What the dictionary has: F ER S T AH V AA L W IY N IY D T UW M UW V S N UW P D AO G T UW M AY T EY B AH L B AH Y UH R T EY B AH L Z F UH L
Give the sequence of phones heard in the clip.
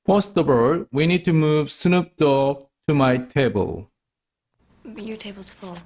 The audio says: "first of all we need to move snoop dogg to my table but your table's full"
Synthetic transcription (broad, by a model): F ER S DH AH B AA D W IY N IY D T UW M UW V S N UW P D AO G T UW M AY T EY B AH L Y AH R T EY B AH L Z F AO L